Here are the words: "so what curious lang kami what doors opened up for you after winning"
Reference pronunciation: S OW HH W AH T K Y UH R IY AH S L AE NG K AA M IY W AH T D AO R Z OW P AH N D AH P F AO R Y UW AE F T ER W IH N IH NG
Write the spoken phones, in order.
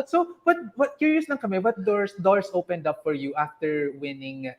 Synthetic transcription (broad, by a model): S OW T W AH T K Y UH R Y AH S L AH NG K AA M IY W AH T D AO R S OW P AH N D AH P F AO R Y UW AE F T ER W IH N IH NG